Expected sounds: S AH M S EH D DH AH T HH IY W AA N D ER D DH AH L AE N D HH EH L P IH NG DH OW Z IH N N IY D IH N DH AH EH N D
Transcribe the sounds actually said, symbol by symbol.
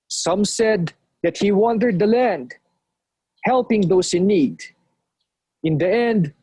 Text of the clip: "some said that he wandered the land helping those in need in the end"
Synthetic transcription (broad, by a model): S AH M S EH D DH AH T HH IY W AA N D ER D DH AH L AE N D HH EH L P IH NG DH OW S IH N N IY D IH N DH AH EH N D